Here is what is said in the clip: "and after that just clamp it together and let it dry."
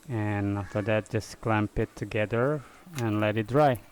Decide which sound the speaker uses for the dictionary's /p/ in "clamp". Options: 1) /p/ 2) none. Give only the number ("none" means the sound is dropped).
1